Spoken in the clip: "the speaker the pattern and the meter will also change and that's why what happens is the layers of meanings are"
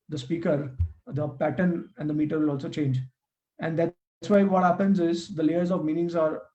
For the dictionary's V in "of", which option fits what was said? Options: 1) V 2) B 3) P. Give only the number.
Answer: 1